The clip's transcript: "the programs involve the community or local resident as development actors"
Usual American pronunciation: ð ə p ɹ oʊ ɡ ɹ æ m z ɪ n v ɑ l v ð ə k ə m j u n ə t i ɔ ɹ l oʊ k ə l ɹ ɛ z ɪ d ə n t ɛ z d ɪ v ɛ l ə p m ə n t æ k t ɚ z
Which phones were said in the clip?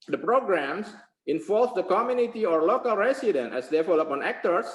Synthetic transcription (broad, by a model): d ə p ɹ oʊ ɡ ɹ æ m s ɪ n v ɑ l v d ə k ə m j u n ə t i ɔ ɹ l oʊ k ə l ɹ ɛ s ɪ d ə n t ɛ s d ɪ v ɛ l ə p ə n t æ k t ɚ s